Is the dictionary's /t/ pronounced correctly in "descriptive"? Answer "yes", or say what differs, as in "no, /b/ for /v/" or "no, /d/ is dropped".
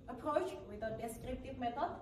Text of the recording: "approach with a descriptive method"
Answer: yes